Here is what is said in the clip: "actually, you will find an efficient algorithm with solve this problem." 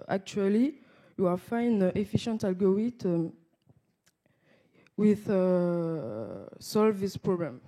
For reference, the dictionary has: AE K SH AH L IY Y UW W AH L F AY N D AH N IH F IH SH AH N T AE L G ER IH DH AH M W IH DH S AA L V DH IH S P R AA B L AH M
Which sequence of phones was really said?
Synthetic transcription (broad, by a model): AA K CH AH L IY Y UW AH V F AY N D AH F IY SH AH N T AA L G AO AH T W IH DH S AA L V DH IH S P R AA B L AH M